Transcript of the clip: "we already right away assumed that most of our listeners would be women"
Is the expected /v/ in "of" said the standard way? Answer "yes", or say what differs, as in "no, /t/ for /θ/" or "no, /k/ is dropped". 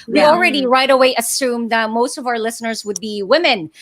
yes